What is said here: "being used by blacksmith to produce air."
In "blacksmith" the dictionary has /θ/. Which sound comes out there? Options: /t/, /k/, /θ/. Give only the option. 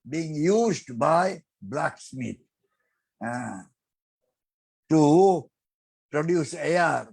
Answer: /t/